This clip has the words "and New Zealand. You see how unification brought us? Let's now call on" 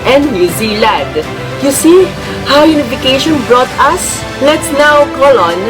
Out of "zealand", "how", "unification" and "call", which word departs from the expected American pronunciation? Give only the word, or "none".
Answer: zealand